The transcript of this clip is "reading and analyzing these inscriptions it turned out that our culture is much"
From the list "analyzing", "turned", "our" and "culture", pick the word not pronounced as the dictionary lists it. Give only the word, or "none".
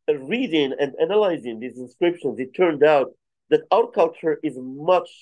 none